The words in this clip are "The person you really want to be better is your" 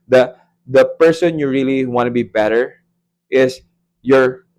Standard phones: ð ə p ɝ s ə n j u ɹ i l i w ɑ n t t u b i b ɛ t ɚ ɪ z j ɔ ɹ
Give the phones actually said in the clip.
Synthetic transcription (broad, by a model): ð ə p ɝ s ə n j u ɹ i l i w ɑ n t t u b i b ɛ t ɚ ɪ s j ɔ ɹ